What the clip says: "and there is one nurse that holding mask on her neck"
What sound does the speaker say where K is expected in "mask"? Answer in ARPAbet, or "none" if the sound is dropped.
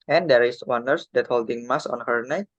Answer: none